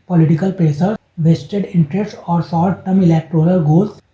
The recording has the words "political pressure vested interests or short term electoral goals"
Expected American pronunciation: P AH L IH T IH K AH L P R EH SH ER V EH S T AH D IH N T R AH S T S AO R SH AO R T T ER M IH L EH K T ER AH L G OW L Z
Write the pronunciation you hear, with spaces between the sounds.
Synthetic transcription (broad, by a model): P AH L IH T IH K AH L P R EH S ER V EH S T AH D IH N T R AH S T AO R S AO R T T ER M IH L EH K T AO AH L G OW L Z